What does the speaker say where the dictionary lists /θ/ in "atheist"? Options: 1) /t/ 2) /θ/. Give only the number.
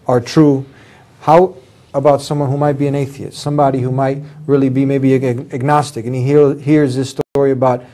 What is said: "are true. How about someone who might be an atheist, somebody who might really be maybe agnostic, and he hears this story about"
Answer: 2